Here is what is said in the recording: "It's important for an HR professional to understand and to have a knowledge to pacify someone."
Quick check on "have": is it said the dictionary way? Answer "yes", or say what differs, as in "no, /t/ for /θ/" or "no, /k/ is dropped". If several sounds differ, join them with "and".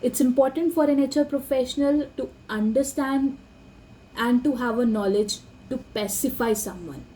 yes